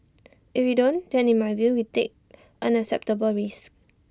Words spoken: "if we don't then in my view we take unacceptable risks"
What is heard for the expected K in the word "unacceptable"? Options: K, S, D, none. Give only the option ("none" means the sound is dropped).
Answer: none